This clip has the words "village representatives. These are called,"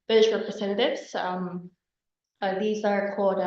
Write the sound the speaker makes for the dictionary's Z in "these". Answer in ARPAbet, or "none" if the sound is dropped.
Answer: Z